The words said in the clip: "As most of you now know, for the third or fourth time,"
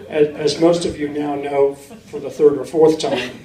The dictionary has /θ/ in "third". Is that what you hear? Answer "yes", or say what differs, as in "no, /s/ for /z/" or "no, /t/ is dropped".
yes